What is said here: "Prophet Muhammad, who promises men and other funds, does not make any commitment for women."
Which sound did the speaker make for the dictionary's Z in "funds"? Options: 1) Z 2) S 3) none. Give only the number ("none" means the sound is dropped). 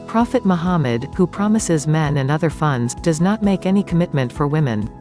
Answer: 1